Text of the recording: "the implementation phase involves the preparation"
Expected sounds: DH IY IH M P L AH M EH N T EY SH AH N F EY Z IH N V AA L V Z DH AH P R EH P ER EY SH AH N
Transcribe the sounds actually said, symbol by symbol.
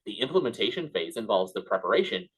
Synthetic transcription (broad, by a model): DH IY IH M P L AH M EH N T EY SH AH N F EY Z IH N V AA L V Z DH AH P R EH P ER EY SH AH N